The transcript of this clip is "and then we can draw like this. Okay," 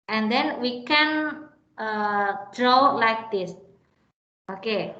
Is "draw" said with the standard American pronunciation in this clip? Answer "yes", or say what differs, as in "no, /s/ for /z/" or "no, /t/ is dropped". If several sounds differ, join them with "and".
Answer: yes